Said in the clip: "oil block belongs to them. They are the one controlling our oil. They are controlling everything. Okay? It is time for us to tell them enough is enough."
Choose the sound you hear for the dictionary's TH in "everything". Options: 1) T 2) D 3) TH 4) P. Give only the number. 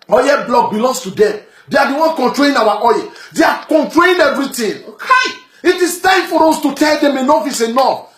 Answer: 1